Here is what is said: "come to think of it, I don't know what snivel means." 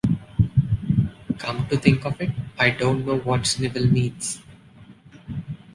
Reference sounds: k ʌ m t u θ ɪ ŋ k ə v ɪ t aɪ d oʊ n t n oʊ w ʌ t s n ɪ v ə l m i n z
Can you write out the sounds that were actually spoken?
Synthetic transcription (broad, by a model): k ʌ m t u t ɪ ŋ k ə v ɪ t aɪ d oʊ n t n oʊ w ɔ t s n ɪ v ə l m i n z